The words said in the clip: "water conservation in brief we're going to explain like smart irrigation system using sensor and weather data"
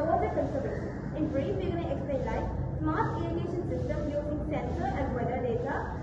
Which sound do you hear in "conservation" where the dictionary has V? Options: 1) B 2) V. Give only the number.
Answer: 1